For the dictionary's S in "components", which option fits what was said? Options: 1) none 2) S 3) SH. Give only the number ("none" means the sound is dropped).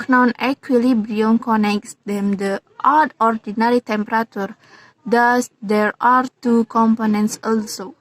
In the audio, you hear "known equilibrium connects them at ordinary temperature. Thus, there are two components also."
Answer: 2